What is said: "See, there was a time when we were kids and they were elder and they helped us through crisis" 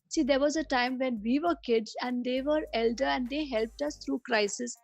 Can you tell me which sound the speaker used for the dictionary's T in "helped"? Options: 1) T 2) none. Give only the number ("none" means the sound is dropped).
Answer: 1